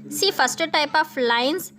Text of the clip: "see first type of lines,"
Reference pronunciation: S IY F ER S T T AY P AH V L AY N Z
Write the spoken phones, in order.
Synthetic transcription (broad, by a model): S IY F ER S T T AY P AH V L AY N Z